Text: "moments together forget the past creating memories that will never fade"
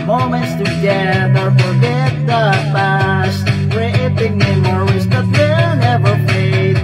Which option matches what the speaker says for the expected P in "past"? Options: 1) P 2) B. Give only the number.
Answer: 2